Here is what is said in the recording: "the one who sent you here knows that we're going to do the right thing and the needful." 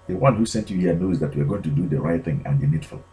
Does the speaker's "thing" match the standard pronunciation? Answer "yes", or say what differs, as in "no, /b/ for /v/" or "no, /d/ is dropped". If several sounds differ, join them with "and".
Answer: yes